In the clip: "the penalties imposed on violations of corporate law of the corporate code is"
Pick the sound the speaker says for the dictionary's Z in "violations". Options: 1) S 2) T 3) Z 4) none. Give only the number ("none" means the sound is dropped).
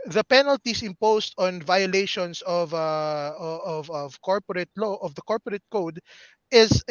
1